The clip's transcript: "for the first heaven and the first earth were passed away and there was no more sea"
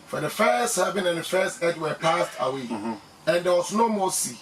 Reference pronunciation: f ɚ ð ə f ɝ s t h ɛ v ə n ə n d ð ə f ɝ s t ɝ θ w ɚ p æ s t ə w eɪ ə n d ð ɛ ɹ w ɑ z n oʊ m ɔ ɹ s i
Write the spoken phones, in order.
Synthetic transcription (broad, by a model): f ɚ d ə f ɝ s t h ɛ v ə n ə n d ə f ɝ s t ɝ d w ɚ p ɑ s t ə w eɪ ə n d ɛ w ɑ s n oʊ m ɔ s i